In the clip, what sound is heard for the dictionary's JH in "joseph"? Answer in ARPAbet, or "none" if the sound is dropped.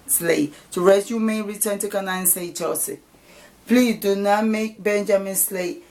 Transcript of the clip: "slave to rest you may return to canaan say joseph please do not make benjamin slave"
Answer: CH